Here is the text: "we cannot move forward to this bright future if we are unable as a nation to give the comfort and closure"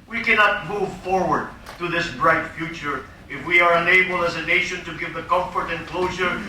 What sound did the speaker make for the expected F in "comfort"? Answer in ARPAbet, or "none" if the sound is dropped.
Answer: F